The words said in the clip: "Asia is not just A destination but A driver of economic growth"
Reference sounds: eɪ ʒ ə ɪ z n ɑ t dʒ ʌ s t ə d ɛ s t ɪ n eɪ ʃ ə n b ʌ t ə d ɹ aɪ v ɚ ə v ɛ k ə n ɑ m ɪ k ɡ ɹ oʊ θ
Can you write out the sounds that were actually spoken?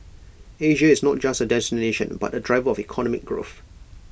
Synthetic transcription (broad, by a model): eɪ ʒ ə ɪ z n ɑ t dʒ ʌ s t ə d ɛ s t ɪ n eɪ ʃ ə n b ʌ t ə d ɹ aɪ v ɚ ə v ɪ k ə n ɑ m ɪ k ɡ ɹ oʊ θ